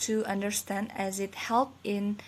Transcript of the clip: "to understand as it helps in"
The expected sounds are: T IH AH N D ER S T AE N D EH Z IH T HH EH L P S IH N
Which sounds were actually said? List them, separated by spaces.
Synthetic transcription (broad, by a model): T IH AH N D ER S T AE N D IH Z IH T HH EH L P IH N